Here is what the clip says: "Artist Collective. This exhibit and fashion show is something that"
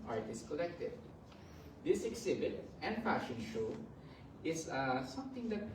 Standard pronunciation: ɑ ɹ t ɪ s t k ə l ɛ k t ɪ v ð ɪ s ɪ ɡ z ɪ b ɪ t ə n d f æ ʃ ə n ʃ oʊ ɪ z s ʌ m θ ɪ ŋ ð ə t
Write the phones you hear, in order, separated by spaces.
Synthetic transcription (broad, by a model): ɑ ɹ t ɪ s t k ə l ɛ k t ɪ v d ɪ s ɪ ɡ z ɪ b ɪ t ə n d f æ ʃ ə n ʃ oʊ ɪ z s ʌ m t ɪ ŋ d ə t